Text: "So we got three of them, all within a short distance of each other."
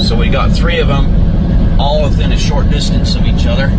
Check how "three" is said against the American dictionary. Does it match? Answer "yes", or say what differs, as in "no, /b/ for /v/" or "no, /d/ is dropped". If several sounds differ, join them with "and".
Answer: yes